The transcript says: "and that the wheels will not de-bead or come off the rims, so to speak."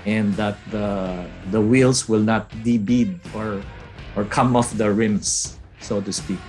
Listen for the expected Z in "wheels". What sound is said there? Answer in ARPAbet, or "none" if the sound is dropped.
S